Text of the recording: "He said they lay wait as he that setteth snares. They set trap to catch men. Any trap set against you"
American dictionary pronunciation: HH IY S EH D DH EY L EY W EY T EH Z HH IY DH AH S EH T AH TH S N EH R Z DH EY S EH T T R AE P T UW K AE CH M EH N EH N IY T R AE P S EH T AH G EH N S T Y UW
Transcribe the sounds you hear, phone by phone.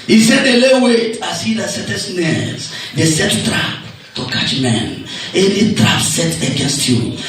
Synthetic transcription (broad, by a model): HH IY S EH D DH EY L EY W EY T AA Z HH IY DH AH S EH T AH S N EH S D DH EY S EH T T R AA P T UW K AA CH M EH N EH N IY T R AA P S EH T AH G EH N S T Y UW